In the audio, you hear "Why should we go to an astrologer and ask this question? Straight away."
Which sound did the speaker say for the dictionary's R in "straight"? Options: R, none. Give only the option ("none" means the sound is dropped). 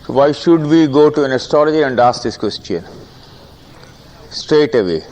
R